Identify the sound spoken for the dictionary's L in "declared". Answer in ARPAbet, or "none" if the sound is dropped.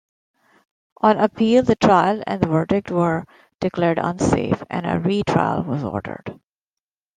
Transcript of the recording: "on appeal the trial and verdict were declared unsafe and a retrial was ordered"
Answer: L